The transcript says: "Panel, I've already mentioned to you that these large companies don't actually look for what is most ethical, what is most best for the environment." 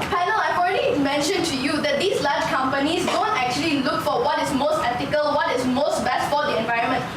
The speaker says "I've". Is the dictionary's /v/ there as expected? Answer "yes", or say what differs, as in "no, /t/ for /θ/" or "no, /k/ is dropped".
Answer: no, /f/ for /v/